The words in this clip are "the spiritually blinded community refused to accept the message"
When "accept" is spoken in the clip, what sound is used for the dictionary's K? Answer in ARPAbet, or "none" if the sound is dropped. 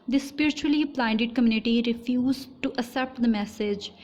none